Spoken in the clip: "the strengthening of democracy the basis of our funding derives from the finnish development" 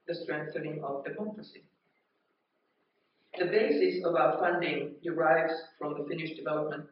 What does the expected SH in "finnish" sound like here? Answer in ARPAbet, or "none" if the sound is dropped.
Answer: SH